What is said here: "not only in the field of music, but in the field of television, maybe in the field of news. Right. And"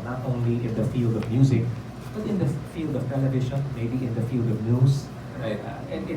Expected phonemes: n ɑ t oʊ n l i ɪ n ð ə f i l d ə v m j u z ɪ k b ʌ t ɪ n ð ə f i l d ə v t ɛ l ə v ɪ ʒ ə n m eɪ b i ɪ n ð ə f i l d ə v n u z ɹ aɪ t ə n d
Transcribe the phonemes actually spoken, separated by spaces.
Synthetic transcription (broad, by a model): n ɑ t oʊ n l i ɪ n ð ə f i l d ə v m j u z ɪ k b ʌ t ɪ n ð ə f i l d ə v t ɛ l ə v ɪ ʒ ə n m eɪ b i ɪ n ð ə f i l d ə v n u s ɹ aɪ t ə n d